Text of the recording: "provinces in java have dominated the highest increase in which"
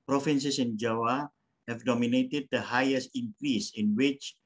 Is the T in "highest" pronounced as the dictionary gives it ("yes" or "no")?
yes